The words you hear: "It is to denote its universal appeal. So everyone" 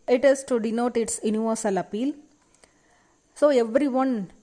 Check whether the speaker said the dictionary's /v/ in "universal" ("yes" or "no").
yes